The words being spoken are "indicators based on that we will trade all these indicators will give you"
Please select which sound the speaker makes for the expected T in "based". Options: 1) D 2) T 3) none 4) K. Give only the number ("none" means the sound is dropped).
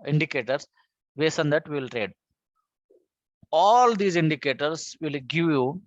3